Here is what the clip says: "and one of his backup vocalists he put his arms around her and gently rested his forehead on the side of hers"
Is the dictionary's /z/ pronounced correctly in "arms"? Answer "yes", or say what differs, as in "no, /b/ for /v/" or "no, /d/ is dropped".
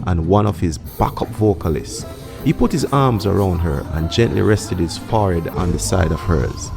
yes